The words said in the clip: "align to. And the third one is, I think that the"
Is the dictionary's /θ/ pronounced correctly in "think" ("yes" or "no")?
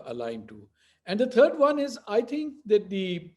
no